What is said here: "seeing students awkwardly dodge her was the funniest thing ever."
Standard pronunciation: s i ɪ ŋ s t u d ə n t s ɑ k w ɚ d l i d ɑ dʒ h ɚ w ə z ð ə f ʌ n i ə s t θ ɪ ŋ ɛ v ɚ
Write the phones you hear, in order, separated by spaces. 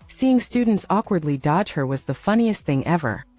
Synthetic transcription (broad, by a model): s i ɪ ŋ s t u d n t s ɑ k w ɚ d l i d ɑ dʒ h ɚ w ə z ð ə f ʌ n i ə s t θ ɪ ŋ ɛ v ɚ